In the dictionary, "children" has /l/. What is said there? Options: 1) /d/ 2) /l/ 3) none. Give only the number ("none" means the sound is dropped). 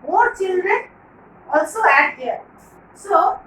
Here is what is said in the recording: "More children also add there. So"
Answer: 2